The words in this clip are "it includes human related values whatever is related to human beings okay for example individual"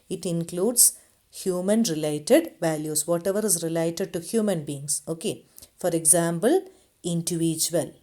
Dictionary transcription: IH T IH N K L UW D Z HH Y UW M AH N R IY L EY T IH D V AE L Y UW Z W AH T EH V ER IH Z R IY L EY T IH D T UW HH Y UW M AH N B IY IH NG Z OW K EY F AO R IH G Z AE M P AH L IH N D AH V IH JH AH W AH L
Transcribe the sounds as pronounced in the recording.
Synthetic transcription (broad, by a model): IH T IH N K L UW D S HH Y UW M AH N R IY L EY T IH D V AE L Y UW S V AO T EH V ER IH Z R IY L EY T IH D T UW HH Y UW M AH N B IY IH NG S OW K EY F AO R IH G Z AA M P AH L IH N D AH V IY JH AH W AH L